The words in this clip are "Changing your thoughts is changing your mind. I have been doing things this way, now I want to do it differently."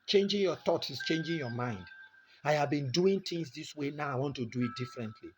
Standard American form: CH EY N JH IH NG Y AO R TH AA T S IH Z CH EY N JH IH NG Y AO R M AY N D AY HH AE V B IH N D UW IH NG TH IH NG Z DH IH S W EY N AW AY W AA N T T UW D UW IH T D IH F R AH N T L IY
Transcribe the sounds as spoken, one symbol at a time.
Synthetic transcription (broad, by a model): CH EY N JH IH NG Y AO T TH AA T IH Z CH EY N JH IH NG Y AO M AY N D AY HH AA V B IH N D UW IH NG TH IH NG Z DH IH S W EY N AW AY W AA N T T UW D UW IH T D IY F R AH N T L IY